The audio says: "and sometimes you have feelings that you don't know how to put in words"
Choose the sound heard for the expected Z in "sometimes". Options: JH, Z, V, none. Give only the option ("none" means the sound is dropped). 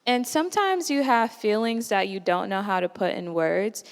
Z